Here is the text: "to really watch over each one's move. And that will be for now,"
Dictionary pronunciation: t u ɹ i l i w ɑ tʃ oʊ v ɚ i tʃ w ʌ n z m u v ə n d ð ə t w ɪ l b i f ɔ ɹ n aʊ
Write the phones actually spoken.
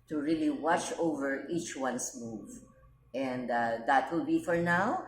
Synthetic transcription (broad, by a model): t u ɹ i l i w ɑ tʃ oʊ v ɚ i tʃ w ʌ n s m u v ə n d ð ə t w ɪ l b i f ɔ ɹ n aʊ